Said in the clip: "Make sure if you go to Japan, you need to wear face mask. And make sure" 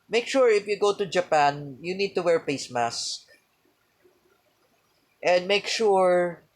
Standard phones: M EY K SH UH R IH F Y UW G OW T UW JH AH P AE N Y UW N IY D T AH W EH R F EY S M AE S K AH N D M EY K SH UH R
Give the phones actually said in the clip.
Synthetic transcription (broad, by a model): M EY K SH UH R IH F Y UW G OW T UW JH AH P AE N Y UW N IY D T AH W EH R P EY S M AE S K AH N D M EY K SH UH R